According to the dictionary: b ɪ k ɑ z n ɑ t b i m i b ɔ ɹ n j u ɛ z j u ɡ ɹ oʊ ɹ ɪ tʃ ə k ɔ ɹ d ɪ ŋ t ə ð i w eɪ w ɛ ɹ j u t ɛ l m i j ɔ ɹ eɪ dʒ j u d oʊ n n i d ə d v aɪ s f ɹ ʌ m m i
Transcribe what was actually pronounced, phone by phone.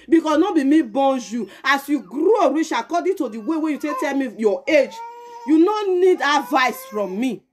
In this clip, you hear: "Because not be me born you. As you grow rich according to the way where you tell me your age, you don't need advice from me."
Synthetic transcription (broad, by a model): b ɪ k ɑ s n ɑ b i m i b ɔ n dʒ j u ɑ s j u ɡ ɹ oʊ ɹ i ʃ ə k ɔ d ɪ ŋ t ə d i w eɪ w ɛ j u t ɛ l m i j ɔ eɪ dʒ j u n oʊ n n i d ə v aɪ s f ɹ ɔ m m i